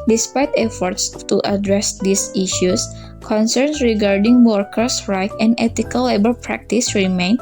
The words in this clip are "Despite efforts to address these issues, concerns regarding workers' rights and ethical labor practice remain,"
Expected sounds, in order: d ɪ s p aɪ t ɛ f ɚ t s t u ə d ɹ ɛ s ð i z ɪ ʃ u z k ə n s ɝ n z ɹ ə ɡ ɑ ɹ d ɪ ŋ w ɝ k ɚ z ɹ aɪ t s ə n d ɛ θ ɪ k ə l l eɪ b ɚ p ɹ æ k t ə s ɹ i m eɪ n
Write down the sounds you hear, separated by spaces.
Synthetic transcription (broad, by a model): d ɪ s p aɪ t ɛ f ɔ t s t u ə d ɹ ɛ s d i s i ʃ u s k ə n s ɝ n s ɹ ə ɡ ɑ ɹ d ɪ ŋ w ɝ k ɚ s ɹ aɪ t ə n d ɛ t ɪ k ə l l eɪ b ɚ p ɹ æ k t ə s ɹ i m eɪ n